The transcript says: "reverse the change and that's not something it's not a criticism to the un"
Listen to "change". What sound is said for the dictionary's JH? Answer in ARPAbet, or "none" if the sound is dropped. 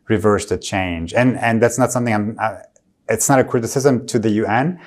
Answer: JH